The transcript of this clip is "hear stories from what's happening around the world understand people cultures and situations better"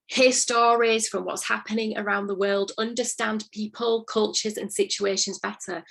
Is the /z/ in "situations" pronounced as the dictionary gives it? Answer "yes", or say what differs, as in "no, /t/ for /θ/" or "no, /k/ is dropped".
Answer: yes